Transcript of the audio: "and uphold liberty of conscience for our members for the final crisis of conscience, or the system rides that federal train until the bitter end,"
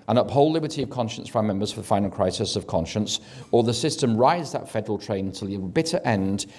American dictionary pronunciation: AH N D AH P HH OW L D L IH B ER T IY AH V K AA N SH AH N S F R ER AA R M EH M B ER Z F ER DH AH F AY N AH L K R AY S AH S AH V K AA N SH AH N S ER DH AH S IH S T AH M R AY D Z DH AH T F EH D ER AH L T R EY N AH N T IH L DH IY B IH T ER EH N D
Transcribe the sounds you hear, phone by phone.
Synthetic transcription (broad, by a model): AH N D AH P HH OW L L IH B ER T IY AH V K AA N SH AH N S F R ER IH M EH M B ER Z F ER DH AH F AY N L K R AY S AH S AH V K AA N SH AH N S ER DH AH S IH S T AH M R AY Z DH AH T F EH D ER AH L T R EY AH N T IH L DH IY B IH T ER EH N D